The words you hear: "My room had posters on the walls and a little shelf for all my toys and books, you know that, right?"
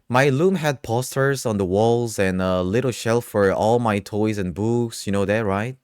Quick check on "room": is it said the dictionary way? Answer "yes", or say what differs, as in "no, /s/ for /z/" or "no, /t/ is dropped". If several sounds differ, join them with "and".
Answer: no, /l/ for /ɹ/